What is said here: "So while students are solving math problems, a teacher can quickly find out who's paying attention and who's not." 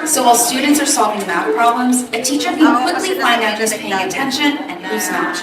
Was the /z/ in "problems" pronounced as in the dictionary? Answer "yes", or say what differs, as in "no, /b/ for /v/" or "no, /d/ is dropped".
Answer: yes